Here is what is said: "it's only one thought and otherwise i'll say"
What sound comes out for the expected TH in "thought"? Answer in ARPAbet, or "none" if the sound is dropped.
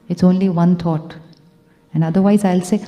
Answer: T